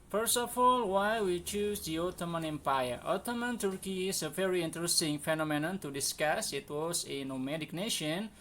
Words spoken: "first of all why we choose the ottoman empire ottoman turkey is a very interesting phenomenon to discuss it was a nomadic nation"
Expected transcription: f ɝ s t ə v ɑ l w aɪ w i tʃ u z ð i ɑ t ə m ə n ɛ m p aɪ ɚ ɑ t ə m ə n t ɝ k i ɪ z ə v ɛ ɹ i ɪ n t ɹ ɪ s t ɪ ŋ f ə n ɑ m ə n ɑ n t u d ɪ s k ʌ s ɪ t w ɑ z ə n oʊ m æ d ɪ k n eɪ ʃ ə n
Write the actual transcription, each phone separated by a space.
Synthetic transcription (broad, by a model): f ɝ s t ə f ɑ l w aɪ w i tʃ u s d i ɑ t ə m ə n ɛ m p aɪ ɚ ɑ t ə m ə n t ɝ k i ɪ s ə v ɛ ɹ i ɪ n t ɹ ɪ s t ɪ ŋ f ə n ɑ m ə n ɑ n t u d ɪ s k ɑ s ɪ t w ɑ s ə n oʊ m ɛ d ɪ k n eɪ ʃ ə n